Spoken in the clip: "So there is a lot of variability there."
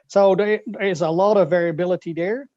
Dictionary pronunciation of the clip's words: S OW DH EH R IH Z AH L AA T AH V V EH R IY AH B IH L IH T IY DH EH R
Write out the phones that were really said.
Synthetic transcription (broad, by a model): S OW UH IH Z AH L AA T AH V V EH R IY AH B IH L IH T IY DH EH R